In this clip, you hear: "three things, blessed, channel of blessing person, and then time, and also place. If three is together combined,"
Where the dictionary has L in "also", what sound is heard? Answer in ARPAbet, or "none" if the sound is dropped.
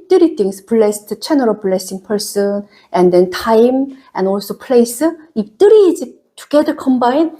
L